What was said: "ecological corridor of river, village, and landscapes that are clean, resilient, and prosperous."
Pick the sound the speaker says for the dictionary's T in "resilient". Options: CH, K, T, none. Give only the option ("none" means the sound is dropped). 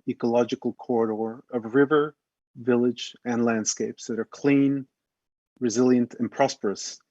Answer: T